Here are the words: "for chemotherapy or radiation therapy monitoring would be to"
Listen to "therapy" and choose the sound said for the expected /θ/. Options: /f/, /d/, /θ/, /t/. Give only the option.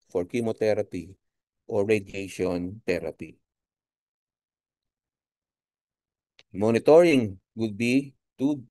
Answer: /t/